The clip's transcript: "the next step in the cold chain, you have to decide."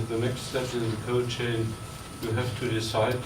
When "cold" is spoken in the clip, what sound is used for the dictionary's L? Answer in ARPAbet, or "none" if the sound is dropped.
none